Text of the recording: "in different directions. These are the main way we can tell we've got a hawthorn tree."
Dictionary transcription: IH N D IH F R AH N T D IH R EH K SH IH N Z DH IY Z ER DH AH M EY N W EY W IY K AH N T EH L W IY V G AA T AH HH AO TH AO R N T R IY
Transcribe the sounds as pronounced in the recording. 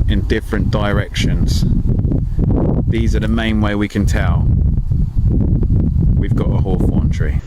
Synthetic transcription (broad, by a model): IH N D IH F R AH N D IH R EH K SH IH N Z DH IY Z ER DH AH M EY N W EY W IY K AH N T EH L W IY V G AA T AH HH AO F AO N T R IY